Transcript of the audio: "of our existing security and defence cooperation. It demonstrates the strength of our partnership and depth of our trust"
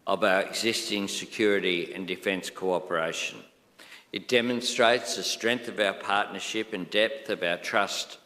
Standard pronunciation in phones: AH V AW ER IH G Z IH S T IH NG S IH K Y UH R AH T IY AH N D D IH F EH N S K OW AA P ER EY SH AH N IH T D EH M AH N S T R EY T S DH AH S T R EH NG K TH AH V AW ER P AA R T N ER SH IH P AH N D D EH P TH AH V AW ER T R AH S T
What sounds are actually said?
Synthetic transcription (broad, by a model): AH V AW ER IH G Z IH S T IH NG S IH K Y UH R AH T IY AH N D D IH F EH N S K OW AA P ER EY SH AH N IH T D EH M AH N S T R EY T S DH AH S T R EH NG K TH AH V AW ER P AA R T N ER SH IH P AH N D D EH P TH AH V AW ER T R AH S T